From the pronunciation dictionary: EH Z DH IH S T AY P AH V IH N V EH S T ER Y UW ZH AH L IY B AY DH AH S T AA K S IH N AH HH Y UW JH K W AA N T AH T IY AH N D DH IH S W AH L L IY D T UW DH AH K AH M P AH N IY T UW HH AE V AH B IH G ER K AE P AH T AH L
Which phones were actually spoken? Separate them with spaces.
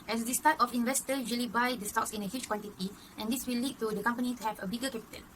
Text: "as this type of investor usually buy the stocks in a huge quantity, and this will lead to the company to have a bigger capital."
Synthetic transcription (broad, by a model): EH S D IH S T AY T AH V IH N V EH S T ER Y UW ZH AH L IY B AY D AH S T AA K S IH N AH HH Y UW CH K W AA N T AH T IY AH N D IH S W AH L L IY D T UW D AH K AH M P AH N IY T UW HH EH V AH B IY G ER K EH P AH T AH L